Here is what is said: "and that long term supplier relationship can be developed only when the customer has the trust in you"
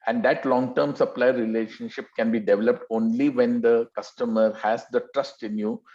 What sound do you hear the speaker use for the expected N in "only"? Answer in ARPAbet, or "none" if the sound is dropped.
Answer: N